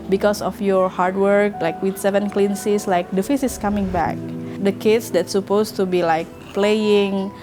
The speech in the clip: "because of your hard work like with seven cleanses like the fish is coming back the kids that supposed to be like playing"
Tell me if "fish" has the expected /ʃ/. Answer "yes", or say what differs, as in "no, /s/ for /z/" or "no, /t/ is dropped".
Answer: no, /s/ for /ʃ/